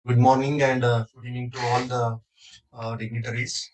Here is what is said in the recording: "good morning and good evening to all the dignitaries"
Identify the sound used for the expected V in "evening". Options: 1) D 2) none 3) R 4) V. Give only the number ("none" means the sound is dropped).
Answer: 2